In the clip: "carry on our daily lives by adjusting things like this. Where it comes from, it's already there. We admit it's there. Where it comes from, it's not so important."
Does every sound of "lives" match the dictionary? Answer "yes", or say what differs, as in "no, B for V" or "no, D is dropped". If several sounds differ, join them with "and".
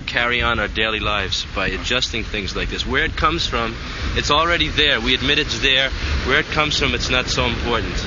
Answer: yes